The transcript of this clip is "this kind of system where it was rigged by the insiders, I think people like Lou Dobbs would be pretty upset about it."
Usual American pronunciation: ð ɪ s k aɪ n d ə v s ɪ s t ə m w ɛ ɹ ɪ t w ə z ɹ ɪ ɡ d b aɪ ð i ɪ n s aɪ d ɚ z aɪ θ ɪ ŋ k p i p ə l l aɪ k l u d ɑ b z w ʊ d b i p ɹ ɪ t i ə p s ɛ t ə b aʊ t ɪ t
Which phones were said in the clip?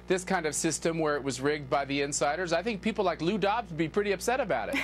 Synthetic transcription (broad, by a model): ð ɪ s k aɪ n d ə v s ɪ s t ə m w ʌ ɹ ɪ t w ə z ɹ ɪ ɡ d b aɪ ð i ɪ n s aɪ d ɚ z aɪ θ ɪ ŋ k p i p l l aɪ k l u d ɑ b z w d b i p ɹ ɪ t i ə p s ɛ t ə b aʊ t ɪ t